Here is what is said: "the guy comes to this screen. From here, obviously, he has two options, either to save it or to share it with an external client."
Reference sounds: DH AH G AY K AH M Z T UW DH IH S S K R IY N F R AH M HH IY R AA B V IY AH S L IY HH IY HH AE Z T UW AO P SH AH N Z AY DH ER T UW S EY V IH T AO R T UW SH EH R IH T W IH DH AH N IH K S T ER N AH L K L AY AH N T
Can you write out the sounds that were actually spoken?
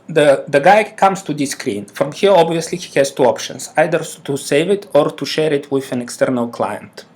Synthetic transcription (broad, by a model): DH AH G AY K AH M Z T UW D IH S S K R IY N F R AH M HH IY R AA B V IY AH S L IY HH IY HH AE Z T UW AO P SH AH N S AY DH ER T UW S EY V IH T AO R T UW SH EH R IH T W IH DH AH N IH K S T ER N AH L K L AY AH N T